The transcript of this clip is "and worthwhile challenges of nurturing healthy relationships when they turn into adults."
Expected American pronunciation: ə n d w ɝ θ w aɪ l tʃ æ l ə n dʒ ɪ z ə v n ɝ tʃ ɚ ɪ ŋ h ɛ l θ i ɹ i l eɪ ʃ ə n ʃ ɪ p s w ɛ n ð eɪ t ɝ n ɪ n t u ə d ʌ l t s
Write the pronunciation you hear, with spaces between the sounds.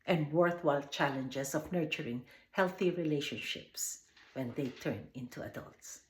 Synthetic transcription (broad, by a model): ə n d w ɝ θ w aɪ l tʃ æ l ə n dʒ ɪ s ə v n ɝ tʃ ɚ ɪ ŋ h ɛ l θ i ɹ i l eɪ ʃ ə n ʃ ɪ p s w ɛ n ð eɪ t ɝ n ɪ n t u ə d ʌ l t s